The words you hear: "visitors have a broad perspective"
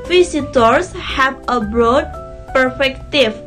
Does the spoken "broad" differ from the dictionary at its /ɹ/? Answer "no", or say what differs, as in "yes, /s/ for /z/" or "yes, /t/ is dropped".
no